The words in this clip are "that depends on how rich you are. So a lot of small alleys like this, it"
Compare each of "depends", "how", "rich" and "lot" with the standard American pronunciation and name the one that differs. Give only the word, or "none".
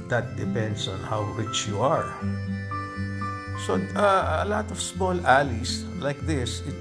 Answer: depends